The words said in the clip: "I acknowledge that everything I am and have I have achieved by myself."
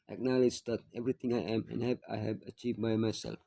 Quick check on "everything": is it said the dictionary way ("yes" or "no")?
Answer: no